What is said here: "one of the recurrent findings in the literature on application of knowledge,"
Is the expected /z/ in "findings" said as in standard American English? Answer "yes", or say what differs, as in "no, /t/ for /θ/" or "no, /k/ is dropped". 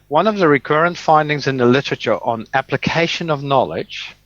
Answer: yes